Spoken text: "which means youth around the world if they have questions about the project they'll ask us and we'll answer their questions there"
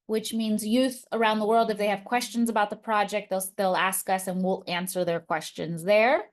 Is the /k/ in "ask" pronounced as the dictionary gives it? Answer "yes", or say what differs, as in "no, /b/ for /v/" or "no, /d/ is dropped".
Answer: yes